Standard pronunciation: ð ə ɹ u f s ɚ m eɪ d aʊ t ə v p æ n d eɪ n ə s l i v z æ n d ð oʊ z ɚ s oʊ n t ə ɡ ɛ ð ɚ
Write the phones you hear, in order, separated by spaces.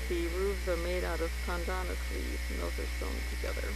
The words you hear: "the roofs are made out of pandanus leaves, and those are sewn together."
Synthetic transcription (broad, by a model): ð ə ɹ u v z ɚ m eɪ d aʊ t ə v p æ n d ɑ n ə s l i z n ð oʊ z ɚ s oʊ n t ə ɡ ɛ ð ɚ